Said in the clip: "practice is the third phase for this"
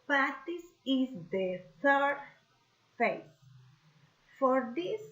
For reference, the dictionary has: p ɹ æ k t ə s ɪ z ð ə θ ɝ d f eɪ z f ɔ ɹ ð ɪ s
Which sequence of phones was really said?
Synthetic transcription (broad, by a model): p ɹ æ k t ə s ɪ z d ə t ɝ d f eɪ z f ɔ ɹ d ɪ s